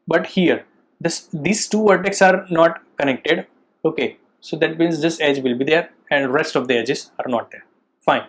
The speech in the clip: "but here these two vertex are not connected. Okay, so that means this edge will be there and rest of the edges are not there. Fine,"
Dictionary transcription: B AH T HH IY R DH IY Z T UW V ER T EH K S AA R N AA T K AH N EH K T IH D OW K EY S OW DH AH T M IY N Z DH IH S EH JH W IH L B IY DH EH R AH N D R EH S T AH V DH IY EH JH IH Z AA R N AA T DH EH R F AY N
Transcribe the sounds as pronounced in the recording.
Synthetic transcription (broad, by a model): B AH T HH IY R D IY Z T UW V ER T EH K S AA R N AA T K AH N EH K T IH D OW K EY S OW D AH T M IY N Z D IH S EH JH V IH L B IY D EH R AH N D R EH S T AH V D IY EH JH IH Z AA R N AA T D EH R F AY N